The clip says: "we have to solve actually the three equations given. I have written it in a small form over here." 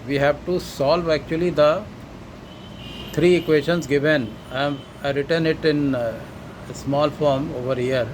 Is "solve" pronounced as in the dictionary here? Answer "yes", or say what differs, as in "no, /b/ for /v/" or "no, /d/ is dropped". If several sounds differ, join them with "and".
yes